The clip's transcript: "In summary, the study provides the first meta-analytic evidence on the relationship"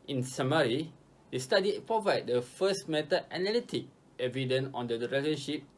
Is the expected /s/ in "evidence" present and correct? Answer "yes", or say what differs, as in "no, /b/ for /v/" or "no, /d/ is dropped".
no, /s/ is dropped